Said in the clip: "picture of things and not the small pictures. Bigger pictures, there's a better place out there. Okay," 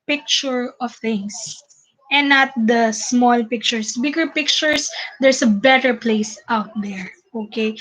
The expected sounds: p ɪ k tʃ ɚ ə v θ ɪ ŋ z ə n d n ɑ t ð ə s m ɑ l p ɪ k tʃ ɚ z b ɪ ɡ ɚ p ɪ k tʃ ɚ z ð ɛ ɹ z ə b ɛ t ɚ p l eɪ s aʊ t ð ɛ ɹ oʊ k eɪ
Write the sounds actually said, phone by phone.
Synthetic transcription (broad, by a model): p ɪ k tʃ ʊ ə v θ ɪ ŋ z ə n n ɑ t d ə s m ɑ l p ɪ k tʃ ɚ s b ɪ ɡ ɚ p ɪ k tʃ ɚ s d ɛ ɹ s ə b ɛ t ɚ p l eɪ s aʊ t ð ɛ ɹ oʊ k eɪ